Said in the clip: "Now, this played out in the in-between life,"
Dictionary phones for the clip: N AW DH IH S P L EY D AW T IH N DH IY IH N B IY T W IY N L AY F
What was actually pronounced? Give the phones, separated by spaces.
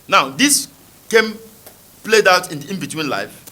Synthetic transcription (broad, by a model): N AW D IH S P L EY D AW T IH N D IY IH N B IY T W IY N L AY F